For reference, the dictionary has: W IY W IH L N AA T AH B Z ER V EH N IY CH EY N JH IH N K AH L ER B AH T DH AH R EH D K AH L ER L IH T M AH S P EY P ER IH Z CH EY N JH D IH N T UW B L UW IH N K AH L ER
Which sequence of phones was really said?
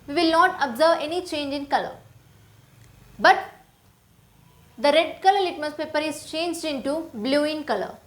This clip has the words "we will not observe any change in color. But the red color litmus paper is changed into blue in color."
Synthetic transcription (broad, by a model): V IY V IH L N AA T AH B Z ER V EH N IY CH EY N JH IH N K AH L ER B AH T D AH R EH D K AH L ER L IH T M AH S P EY P ER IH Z CH EY N JH D IH N T UW B L UW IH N K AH L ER